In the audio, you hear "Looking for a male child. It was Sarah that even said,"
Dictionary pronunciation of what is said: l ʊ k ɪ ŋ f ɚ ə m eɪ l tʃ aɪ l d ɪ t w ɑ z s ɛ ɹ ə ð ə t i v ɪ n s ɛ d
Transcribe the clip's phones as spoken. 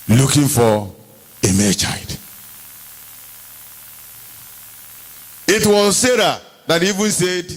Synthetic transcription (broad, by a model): l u k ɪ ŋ f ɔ ə m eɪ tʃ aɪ d ɪ t w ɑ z s ɛ ɹ ə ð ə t i v ɪ n s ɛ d